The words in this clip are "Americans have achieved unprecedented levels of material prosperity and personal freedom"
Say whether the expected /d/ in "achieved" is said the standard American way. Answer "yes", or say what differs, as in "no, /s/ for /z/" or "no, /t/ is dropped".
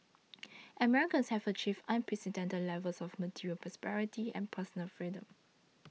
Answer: no, /d/ is dropped